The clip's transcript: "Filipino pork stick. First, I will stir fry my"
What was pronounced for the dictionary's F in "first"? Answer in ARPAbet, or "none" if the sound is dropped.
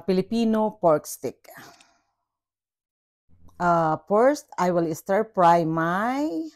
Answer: P